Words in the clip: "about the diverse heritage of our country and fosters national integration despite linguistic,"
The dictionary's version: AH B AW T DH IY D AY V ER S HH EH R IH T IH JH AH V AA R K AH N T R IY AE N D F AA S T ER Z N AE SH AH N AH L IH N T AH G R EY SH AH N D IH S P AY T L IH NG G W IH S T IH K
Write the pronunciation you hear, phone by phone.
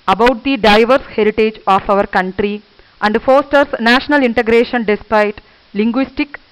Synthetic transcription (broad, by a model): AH B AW T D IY D AY V ER S HH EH R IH T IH JH AH V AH R K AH N T R IY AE N D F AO S T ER S N AE SH AH N AH L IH N T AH G R EY SH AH N D IH S P AY T L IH NG G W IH S T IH K